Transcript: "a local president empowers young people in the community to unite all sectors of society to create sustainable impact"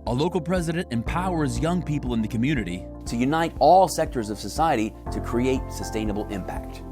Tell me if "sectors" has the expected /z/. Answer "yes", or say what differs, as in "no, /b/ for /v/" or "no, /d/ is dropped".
yes